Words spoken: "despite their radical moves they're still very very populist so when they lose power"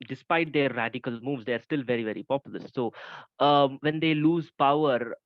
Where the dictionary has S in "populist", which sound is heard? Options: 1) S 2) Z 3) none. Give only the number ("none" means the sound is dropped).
3